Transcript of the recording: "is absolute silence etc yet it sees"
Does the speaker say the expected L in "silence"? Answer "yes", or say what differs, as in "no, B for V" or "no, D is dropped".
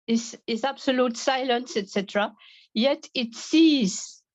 yes